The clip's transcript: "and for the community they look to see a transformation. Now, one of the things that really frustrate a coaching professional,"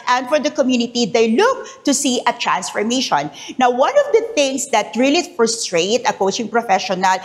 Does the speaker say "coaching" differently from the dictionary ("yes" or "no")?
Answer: no